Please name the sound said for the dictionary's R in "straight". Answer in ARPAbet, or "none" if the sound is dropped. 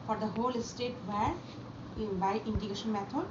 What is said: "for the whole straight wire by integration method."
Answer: none